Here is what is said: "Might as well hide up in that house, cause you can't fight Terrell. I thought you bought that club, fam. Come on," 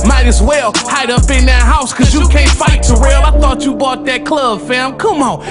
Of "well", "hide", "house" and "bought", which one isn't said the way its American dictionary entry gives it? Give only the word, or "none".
none